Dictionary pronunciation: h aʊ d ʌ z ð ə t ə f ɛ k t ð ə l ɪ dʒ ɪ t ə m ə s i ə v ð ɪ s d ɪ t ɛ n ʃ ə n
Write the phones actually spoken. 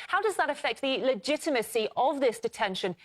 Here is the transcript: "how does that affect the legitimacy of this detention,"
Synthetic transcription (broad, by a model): h aʊ d ʌ z ð ə t ə f ɛ k t ð ə l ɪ dʒ ɪ t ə m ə s i ə v ð ɪ s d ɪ t ɛ n ʃ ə n